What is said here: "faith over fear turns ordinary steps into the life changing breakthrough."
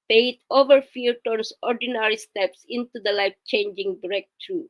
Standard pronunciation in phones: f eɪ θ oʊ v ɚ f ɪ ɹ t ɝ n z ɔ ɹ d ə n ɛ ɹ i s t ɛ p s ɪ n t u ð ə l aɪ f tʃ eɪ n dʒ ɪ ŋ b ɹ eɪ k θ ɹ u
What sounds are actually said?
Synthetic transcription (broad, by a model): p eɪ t oʊ v ɚ f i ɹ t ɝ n s ɔ ɹ d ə n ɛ ɹ i s t ɛ p s ɪ n t u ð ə l aɪ f tʃ eɪ n dʒ ɪ ŋ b ɹ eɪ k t ɹ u